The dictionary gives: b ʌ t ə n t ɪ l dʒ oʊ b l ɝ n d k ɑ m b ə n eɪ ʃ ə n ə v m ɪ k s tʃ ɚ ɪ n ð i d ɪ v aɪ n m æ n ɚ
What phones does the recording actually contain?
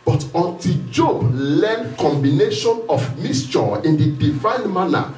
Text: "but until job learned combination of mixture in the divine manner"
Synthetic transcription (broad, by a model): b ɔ t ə n t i l dʒ oʊ b l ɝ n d k ɑ m b ə n eɪ ʃ ə n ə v m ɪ s tʃ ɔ ɪ n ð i d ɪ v aɪ n m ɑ n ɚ